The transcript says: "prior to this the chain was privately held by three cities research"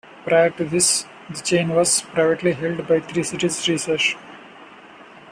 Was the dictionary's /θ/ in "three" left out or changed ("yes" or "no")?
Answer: yes